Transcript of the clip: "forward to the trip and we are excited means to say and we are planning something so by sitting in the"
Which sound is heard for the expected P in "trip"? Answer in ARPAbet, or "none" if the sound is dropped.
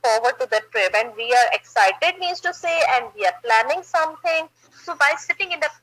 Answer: B